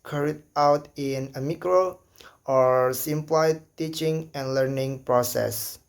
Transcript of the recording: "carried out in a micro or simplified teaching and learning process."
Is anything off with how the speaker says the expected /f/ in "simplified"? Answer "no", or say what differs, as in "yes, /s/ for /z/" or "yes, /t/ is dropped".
yes, /f/ is dropped